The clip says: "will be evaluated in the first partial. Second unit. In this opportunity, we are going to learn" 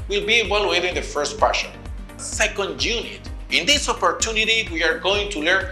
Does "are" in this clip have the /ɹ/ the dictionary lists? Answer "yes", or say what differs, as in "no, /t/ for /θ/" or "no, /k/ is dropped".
yes